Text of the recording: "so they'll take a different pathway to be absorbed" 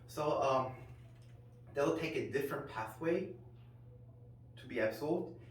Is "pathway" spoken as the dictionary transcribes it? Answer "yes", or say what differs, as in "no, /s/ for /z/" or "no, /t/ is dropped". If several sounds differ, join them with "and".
yes